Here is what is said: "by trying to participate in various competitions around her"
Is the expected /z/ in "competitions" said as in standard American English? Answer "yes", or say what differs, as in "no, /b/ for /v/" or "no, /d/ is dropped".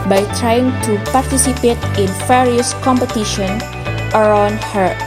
no, /z/ is dropped